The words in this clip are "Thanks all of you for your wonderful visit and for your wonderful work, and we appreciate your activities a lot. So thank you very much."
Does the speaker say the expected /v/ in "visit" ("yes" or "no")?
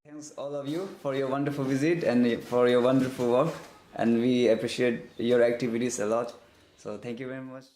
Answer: yes